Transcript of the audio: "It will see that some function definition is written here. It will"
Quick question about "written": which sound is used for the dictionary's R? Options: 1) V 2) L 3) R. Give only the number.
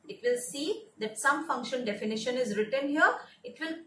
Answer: 3